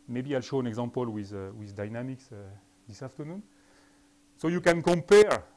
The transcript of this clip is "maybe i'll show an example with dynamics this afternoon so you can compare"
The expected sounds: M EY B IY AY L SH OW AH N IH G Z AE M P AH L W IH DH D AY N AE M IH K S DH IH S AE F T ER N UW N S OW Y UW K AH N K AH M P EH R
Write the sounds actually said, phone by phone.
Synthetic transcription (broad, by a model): M EY B IY AY L SH OW AH N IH G Z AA M P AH L W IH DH D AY N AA M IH K S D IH S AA F T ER N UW N S OW Y UW K AH N K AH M P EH R